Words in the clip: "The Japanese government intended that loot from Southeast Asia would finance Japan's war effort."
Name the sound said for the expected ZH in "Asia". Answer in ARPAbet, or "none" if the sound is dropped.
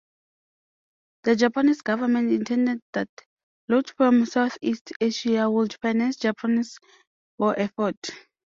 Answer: SH